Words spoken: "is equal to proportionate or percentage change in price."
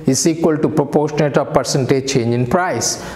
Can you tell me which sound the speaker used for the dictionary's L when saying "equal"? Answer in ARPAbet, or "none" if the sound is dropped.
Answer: L